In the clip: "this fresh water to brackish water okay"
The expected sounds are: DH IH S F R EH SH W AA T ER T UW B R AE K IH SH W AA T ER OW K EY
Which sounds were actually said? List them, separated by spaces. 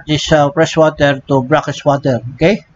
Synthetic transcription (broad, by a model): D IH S P R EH S W AA T ER T UW B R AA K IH S W AA T ER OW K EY